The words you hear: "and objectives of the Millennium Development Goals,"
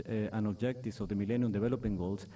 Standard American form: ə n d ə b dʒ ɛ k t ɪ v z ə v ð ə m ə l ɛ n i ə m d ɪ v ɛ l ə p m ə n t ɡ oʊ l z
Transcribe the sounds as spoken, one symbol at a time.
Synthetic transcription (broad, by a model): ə n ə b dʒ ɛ k t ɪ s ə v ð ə m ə l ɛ n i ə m d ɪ b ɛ l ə p ə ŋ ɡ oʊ l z